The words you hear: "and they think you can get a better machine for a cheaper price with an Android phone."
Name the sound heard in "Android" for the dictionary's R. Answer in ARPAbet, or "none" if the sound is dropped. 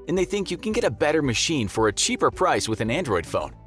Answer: R